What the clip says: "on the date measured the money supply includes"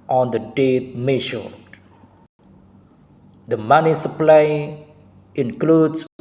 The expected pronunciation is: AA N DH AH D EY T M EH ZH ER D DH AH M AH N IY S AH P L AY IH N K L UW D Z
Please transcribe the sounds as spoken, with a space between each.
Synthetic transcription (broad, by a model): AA N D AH D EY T M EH SH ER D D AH M AH N IY S AH P L AY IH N K L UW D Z